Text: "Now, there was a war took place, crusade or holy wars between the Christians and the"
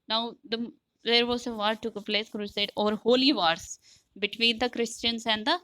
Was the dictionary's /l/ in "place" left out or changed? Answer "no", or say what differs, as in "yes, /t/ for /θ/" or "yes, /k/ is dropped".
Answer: no